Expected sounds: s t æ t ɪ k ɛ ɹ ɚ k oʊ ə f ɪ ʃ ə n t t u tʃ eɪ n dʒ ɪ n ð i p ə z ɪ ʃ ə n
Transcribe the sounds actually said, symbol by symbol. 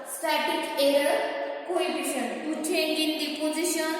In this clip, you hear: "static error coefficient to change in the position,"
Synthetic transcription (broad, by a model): s t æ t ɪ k ɛ ɹ ɚ k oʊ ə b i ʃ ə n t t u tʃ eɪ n ɪ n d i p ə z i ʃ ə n